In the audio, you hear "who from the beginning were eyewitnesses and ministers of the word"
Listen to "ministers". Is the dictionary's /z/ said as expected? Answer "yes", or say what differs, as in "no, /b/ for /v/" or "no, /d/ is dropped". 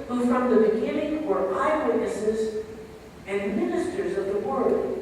yes